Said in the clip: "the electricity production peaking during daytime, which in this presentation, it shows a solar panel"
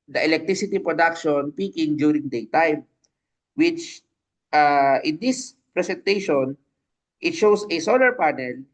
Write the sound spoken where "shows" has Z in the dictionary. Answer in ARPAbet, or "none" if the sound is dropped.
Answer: S